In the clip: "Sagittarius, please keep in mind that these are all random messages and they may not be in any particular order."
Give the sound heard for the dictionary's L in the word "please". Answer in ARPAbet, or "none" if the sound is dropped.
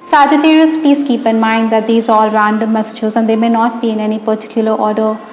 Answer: none